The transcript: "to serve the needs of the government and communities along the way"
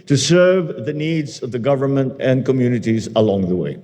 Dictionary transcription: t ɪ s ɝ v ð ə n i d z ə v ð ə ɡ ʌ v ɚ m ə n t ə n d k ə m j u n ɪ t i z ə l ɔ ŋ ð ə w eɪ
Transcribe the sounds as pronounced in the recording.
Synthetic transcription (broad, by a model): t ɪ s ɝ v ð ə n i d z ə v ð ə ɡ ʌ v ɚ m ə n t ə n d k ə m j u n ɪ t i z ə l ɔ ŋ ð ə w eɪ